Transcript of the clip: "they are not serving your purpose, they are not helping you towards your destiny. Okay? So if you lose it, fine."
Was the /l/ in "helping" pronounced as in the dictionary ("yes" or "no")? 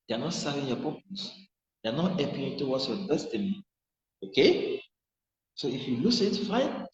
no